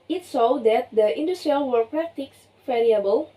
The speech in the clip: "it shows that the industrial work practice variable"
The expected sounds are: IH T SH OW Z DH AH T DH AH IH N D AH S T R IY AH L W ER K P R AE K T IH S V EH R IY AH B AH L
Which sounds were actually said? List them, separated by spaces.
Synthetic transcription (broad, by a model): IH T S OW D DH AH T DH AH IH N D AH S T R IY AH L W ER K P R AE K T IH S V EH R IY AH B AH L